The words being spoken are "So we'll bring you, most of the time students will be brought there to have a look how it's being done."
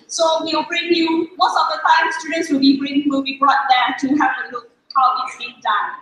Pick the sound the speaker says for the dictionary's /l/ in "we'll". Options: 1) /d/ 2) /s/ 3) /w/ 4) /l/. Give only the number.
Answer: 3